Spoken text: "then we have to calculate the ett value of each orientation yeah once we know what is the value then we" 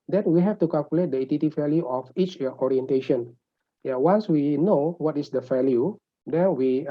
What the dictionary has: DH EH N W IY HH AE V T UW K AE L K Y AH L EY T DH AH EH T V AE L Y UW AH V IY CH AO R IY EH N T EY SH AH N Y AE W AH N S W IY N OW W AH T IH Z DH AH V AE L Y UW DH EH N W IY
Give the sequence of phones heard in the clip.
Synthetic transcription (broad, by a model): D EH N W IY HH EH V T UW K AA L K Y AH L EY T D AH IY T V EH L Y UW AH F IY CH AO R IY EH N T EY SH AH N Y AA W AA N S W IY N OW W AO T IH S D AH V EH L Y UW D EH N W IY